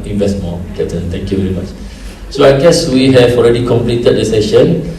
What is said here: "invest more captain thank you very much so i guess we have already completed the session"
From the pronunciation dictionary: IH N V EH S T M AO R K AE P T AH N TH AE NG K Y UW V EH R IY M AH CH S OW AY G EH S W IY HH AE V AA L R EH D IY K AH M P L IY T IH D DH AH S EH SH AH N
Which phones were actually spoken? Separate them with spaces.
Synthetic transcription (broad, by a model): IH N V EH S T M AO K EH T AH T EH NG K Y UW V EH R IY M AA CH S OW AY G EH S W IY HH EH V AA L R EH D IY K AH M P L IY T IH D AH S EH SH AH N